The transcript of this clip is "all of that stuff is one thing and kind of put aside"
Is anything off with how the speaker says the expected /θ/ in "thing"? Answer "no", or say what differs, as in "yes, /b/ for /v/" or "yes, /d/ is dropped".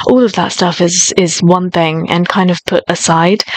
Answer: no